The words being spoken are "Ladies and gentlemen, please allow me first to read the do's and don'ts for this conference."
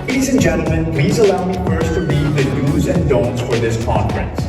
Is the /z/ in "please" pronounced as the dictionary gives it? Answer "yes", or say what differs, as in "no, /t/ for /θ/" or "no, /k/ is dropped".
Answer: yes